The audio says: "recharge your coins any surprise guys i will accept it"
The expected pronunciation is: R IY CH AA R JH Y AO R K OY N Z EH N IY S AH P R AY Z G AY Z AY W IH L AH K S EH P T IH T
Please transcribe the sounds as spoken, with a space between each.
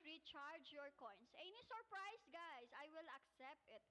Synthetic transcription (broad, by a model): R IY CH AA R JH Y AO R K OY N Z EH N IY S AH P R AY S G AY S AY W IH L AH K S EH P T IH T